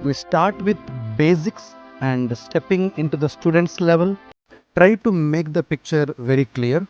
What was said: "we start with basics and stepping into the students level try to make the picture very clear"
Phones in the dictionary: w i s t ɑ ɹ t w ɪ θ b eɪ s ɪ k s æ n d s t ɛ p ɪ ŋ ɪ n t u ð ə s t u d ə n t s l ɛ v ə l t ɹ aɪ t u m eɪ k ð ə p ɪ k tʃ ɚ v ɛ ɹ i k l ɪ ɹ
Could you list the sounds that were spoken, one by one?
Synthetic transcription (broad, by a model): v i s t ɑ ɹ t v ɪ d b eɪ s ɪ k s æ n d s t ɛ p ɪ ŋ ɪ n t u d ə s t u d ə n t s l ɛ v ə l t ɹ aɪ t u m eɪ k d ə p ɪ k tʃ ɚ v ɛ ɹ i k l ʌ ɹ